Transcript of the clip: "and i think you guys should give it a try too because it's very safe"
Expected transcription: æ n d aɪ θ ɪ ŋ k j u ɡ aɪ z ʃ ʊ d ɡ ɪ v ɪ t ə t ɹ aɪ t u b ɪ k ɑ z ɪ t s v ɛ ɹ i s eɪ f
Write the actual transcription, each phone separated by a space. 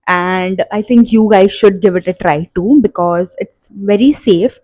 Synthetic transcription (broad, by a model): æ n d aɪ t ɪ ŋ k j u ɡ aɪ z ʃ ʊ d ɡ ɪ v ɪ t ə t ɹ aɪ t u b ɪ k ɑ z ɪ t s v ɛ ɹ i s eɪ f